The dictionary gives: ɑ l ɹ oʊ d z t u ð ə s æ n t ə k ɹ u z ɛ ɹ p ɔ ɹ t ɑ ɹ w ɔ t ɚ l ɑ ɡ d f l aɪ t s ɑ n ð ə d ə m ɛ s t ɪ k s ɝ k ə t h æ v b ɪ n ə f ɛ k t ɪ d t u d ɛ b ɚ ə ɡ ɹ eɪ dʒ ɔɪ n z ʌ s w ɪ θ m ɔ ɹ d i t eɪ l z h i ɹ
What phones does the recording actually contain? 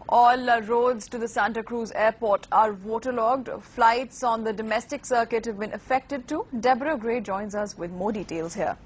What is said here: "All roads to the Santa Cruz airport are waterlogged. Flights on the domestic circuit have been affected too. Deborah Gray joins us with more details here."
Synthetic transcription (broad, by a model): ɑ l ɹ oʊ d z t u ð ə s æ n t ə k ɹ u z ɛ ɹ p ɔ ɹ t ɑ ɹ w ɔ t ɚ l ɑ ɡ d f l aɪ t s ɑ n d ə d ə m ɛ s t ɪ k s ɝ k ə t h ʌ v b ɪ n ə f ɛ k t ɪ d t u d ɛ b ɚ ə ɡ ɹ eɪ dʒ ɔɪ n z ʌ s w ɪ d m ɔ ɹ d i t eɪ l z h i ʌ